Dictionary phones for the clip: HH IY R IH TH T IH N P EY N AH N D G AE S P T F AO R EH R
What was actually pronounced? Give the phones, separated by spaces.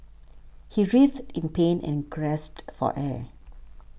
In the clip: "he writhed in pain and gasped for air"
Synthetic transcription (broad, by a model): HH IY R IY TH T IH N P EY N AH N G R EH S T F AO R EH